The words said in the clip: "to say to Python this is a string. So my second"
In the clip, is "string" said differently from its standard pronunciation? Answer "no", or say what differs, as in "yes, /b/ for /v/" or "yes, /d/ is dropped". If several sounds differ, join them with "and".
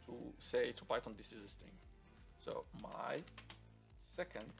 yes, /ɹ/ is dropped